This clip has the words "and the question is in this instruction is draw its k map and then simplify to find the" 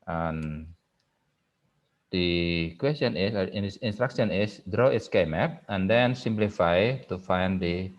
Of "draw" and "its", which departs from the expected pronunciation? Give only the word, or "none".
none